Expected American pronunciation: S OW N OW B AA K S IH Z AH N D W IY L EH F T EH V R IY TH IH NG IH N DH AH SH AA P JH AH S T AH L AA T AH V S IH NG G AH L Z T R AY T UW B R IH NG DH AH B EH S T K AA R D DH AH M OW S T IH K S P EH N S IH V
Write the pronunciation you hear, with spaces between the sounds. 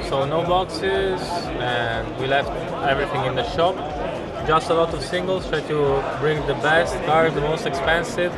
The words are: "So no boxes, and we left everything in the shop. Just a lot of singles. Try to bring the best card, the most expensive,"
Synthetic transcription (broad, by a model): S OW N OW B AA K S IH Z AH N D W IY L EH F T EH V R IY TH IH NG IH N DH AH SH AA P JH AH S T AH L AA T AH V S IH NG G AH L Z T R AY T UW B R IH NG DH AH B EH S T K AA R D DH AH M OW S T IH K S P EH N S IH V